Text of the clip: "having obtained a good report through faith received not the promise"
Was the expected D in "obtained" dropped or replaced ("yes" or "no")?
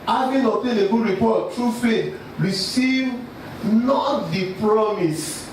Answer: yes